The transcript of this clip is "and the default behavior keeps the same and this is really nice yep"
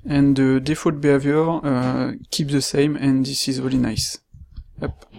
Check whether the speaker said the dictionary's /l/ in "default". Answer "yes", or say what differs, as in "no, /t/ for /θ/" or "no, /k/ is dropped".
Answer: no, /l/ is dropped